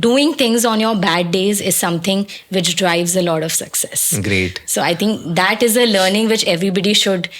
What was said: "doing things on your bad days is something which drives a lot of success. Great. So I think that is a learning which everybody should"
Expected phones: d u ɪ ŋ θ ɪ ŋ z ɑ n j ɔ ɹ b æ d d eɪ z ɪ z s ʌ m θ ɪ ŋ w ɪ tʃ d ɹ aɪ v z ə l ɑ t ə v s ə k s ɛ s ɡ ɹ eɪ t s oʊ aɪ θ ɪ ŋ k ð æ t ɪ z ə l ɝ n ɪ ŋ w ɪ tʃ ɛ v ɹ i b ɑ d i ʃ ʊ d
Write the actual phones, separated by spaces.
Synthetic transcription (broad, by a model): d u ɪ ŋ t ɪ ŋ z ɑ n j ɔ ɹ b æ d d eɪ z ɪ z s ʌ m t ɪ ŋ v ɪ tʃ d ɹ aɪ v z ə l ɑ t ə v s ə k s ɛ s ɡ ɹ eɪ t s oʊ aɪ t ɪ ŋ k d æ t ɪ z ə l ɝ n ɪ ŋ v ɪ tʃ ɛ v ɹ i b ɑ d i ʃ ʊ d